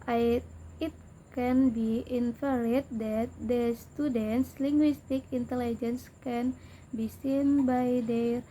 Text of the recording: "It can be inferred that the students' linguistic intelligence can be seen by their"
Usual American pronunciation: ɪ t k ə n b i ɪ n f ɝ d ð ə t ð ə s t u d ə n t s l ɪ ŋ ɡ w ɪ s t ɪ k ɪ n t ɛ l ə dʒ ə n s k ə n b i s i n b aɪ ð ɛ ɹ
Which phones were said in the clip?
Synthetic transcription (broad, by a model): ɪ t k ə n b i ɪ n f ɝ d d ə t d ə s t u d ə n t s l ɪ ŋ ɡ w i s t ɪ k ɪ n t ɛ l ə dʒ ə n s k ə n b i s i n b aɪ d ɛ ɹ